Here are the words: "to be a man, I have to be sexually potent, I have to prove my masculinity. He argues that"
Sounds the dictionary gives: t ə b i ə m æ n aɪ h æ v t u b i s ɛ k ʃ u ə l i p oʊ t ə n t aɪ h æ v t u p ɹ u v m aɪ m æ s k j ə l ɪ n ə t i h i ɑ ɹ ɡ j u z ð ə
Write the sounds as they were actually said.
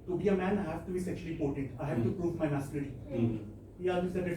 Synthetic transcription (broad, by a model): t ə b i ə m æ n h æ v t u b i s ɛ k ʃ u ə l i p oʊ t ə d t aɪ h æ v t u p ɹ u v m aɪ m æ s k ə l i ə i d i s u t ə